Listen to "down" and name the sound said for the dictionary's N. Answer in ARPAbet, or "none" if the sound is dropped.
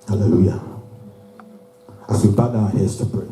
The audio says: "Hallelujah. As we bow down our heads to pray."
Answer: none